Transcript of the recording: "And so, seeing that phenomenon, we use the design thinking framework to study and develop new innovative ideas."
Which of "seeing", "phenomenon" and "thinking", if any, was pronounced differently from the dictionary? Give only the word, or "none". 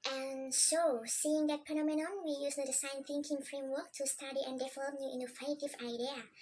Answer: phenomenon